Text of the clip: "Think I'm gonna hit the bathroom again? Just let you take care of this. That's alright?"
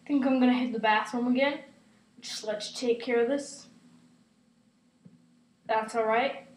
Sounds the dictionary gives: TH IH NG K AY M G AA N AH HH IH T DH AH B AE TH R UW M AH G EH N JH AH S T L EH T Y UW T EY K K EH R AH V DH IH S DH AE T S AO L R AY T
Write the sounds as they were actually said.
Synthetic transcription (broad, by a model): TH IH NG K AY M G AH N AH HH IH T DH AH B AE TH UW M AH G EH N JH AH S T L EH T T EY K K EH R AH V DH IH S DH AE T S AO L R AY T